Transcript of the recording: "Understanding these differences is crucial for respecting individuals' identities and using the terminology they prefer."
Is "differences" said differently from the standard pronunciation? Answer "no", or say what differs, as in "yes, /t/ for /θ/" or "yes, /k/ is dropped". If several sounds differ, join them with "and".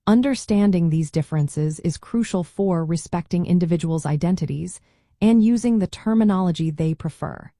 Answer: no